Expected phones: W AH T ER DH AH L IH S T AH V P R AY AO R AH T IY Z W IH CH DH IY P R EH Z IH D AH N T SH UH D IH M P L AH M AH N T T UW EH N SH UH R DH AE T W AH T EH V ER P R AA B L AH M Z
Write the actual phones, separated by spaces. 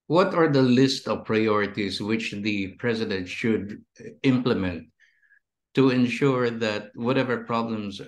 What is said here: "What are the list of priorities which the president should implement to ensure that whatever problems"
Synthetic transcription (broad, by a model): W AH T ER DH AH L IH S T AH V P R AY AO R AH T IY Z W IH CH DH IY P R EH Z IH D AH N T SH UH D IH M P L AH M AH N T T UW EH N SH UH R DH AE T W AH T EH V ER P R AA B L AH M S